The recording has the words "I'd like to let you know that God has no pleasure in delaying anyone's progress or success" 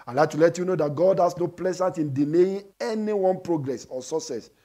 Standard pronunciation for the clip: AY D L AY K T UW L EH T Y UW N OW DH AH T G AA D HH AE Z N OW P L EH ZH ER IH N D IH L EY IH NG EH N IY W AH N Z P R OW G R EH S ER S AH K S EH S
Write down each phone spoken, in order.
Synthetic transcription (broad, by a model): AY L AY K T UW L EH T Y UW N OW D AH T G AA D HH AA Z N OW P L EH Z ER IH N D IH N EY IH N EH N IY W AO N P R OW G R EH S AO S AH S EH S